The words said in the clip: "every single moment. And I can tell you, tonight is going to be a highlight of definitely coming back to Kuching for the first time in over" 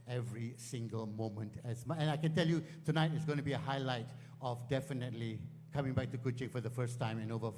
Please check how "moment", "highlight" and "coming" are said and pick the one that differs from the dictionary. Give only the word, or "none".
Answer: none